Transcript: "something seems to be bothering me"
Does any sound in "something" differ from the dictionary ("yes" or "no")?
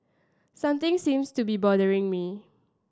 yes